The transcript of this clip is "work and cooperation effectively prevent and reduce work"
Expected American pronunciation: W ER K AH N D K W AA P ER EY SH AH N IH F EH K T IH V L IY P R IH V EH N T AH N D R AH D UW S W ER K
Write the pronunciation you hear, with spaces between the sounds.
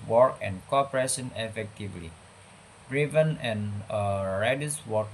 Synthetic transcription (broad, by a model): W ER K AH N K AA P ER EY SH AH N IH F EH K T IH V L IY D R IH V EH N AH N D R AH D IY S W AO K